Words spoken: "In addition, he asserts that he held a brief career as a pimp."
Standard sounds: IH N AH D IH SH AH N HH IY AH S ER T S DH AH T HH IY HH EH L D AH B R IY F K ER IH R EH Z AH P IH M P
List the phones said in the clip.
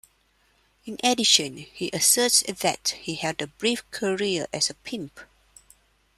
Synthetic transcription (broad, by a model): IH N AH D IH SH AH N HH IY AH S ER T S DH AH T HH IY HH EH D AH B R IY F K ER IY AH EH S AH P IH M P